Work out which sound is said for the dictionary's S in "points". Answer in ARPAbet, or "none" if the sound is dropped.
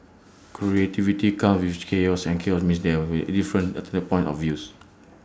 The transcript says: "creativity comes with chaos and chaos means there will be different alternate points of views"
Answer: none